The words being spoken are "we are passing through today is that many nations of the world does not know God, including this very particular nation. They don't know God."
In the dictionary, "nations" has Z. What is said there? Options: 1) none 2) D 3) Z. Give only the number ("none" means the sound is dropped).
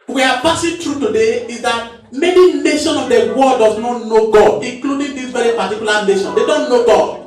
1